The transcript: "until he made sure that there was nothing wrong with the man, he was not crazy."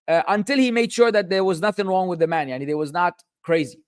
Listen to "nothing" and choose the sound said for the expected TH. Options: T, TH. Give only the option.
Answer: TH